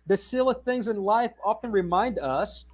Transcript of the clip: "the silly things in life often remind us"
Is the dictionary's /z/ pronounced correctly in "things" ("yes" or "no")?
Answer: yes